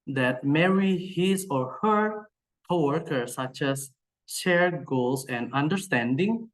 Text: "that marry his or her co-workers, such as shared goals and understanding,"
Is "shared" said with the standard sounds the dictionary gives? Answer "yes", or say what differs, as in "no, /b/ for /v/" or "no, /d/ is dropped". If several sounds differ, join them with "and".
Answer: yes